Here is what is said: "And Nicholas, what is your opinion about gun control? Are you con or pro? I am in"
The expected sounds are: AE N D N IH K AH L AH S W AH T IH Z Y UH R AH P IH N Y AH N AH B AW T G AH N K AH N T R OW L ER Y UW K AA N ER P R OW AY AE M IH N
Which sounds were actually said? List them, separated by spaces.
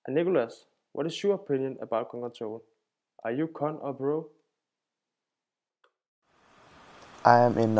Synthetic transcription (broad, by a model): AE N N IH K AH L AH S W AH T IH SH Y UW AH P IH N Y AH N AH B AW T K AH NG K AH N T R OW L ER Y UW K AA N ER B R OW AY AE M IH N